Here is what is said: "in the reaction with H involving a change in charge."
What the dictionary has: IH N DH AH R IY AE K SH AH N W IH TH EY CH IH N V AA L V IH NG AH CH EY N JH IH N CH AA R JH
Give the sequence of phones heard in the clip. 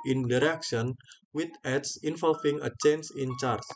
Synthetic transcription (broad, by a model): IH N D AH R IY K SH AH N W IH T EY S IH N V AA L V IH NG AH CH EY N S IH N CH AA R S